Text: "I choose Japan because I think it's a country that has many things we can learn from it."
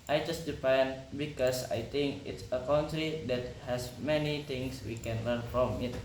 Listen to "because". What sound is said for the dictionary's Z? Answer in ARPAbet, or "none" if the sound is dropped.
S